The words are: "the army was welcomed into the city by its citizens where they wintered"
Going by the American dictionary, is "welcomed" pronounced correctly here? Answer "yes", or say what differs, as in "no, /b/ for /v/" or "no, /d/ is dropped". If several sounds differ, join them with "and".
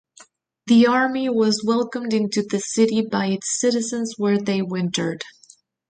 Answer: yes